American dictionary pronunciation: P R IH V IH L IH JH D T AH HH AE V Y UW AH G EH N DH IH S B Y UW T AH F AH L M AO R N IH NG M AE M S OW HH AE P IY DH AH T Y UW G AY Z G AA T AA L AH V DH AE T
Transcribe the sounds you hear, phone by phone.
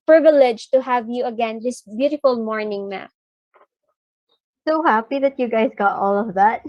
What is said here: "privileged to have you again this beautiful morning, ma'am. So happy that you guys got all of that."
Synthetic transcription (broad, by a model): P R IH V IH L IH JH T AH HH AE V Y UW AH G EH N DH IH S B Y UW T AH F AH L M AO R N IH NG M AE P S OW HH AE P IY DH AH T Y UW G AY Z G AA T AA L AH V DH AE T